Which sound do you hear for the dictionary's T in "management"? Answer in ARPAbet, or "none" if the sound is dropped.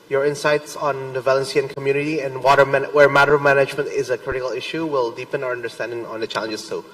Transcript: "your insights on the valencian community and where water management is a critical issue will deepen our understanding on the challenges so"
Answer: T